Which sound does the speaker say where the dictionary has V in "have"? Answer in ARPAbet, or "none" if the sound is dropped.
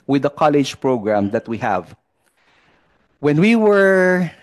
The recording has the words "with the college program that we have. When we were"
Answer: V